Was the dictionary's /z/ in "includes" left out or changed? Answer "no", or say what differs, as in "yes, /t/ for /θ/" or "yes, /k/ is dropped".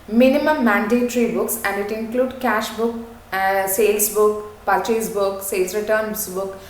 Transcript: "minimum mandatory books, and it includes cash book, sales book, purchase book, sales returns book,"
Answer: yes, /z/ is dropped